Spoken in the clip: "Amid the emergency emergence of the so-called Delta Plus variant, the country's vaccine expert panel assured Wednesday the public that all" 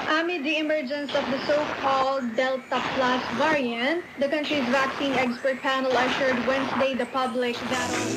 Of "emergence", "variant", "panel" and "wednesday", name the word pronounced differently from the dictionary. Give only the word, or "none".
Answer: wednesday